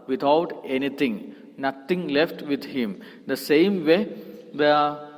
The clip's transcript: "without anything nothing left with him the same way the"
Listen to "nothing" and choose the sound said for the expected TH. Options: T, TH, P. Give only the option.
T